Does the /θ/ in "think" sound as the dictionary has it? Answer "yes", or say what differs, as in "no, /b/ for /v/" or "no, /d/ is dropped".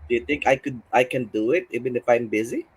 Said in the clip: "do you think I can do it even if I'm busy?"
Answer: no, /t/ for /θ/